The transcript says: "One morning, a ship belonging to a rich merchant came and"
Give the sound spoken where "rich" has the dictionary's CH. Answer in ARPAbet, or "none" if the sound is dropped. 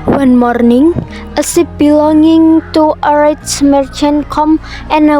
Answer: S